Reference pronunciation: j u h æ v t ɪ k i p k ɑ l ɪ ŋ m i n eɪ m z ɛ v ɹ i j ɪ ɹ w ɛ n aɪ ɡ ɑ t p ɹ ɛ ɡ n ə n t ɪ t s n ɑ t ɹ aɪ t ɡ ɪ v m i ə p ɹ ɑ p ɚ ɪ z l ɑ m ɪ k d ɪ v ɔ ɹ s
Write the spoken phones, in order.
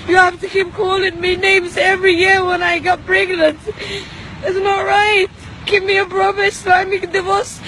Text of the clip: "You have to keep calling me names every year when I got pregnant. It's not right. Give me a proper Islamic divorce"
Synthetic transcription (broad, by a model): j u h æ f t ɪ k i p k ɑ l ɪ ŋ m i n eɪ m z ɛ v ɹ i j ɪ ɹ w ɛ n aɪ ɡ ɑ t b ɹ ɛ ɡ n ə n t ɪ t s n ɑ t ɹ aɪ t ɡ ɪ v m i ə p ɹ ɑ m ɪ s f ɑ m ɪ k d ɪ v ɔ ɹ s